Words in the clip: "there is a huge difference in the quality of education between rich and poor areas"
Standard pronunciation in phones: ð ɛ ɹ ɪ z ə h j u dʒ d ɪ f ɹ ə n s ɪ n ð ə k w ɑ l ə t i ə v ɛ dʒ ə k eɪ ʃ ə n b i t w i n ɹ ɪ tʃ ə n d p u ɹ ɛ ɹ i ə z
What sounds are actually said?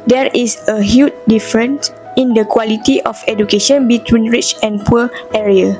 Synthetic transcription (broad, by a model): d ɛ ɹ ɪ s ə h j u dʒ d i f ɹ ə n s ɪ n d ə k w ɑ l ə t i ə f ɛ dʒ ə k eɪ ʃ ə n b i t w i n ɹ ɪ tʃ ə n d p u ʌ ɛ ɹ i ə